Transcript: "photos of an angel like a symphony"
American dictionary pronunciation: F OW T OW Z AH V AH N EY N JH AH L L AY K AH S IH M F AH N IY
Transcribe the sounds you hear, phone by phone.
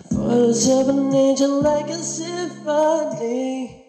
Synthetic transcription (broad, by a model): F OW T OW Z AH V AH N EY JH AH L L AY K AH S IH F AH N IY